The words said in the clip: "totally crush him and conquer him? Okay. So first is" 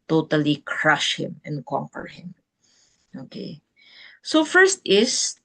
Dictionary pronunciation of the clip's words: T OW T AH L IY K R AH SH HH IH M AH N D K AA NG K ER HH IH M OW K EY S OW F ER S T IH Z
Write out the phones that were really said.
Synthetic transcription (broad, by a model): T OW T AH L IY K R AH SH HH IH M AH N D K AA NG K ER HH IH M OW K EY S OW F ER S T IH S